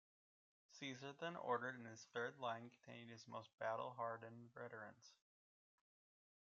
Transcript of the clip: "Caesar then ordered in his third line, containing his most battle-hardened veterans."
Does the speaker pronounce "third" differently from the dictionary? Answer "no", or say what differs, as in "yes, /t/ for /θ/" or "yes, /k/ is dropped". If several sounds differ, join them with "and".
no